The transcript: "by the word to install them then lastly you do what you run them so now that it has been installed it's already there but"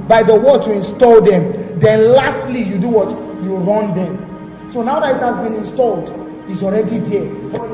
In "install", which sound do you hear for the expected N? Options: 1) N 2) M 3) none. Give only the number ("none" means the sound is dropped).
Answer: 1